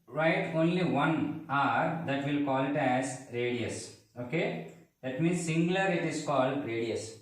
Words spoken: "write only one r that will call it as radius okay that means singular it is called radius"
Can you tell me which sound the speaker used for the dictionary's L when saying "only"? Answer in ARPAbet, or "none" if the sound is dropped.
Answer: L